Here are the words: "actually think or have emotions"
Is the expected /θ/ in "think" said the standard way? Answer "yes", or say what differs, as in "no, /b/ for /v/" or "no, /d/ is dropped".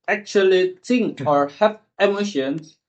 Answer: no, /t/ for /θ/